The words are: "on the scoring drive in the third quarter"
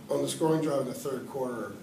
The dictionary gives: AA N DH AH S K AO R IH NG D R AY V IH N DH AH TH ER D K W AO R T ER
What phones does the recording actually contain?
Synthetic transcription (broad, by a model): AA N DH AH S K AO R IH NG D R AY V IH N DH AH TH ER D K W AO R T ER